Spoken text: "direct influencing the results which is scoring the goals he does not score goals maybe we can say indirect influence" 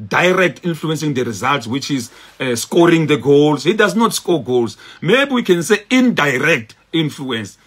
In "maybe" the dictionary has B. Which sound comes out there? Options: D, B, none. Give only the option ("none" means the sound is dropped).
B